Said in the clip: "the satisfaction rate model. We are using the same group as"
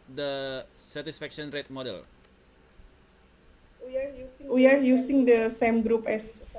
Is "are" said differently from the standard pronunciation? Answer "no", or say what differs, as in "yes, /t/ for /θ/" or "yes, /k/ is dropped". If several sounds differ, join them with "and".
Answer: yes, /w/ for /ɹ/